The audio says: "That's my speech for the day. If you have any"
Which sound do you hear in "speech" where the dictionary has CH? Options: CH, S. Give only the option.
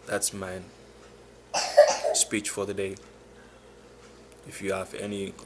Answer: CH